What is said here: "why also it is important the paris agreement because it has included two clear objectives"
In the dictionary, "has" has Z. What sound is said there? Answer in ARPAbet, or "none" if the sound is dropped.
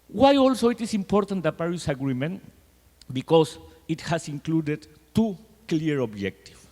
S